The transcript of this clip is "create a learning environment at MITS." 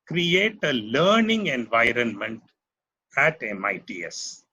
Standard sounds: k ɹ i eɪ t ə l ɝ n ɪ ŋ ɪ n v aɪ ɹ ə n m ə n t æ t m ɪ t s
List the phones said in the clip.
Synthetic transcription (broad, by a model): k ɹ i eɪ t ə l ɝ n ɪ ŋ ɪ n v aɪ ɹ ə n m ə n t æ t m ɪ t s